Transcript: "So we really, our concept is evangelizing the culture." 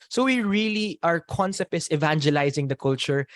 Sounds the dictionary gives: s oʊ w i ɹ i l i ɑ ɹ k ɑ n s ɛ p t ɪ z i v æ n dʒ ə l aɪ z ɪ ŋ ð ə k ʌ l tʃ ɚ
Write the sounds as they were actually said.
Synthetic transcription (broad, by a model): s oʊ w i ɹ i l i ɑ ɹ k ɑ n s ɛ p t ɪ s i v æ n dʒ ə l aɪ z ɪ ŋ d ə k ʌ l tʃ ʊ